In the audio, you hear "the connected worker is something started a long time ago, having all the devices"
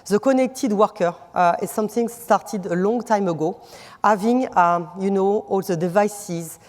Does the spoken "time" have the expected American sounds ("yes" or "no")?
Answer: yes